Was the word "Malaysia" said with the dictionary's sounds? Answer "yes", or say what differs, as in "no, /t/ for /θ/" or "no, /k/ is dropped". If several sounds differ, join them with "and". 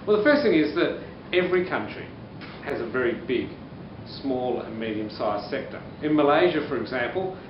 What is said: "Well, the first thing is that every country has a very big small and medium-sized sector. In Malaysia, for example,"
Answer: yes